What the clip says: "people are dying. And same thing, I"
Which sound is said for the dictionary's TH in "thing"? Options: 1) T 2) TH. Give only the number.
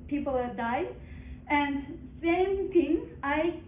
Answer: 1